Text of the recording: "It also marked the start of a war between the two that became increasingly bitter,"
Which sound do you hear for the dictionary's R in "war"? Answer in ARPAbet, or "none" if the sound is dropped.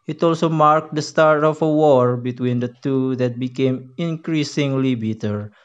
R